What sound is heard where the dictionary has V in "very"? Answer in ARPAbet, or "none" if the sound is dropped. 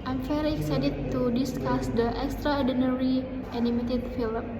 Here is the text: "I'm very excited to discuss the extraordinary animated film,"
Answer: F